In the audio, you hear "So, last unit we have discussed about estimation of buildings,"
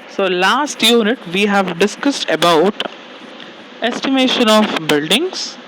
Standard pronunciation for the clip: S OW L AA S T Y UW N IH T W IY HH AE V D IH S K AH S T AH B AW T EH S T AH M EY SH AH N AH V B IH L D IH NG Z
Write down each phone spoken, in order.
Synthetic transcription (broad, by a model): S OW L AA S T Y UW N IH T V IY HH AE V D IH S K AH S T AH B AW T EH S T AH M EY SH AH N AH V B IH L D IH NG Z